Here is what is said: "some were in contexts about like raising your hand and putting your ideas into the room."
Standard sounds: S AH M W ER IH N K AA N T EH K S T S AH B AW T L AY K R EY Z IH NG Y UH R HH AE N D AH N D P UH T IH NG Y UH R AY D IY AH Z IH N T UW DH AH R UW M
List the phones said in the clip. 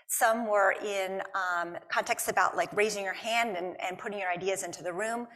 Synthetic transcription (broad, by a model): S AH M W ER IH N K AA N T EH K S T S AH B AW T L AY K R EY Z IH NG Y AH R HH AE N D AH N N P UH T IH NG Y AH R AY D IY AH Z IH N T UW DH AH R UW M